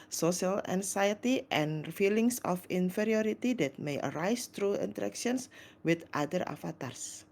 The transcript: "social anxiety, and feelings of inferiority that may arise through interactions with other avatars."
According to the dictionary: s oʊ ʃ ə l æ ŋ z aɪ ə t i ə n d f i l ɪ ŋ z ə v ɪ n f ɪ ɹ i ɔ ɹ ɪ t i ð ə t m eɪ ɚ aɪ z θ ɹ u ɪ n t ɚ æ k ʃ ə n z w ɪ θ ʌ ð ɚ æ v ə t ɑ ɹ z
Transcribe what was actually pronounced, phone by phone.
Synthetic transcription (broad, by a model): s oʊ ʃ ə l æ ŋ s aɪ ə t i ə n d f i l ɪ ŋ s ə f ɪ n f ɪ ɹ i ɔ ɹ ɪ t i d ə t m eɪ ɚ aɪ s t ɹ u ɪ n t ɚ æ k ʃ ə n s w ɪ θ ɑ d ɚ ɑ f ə t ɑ ɹ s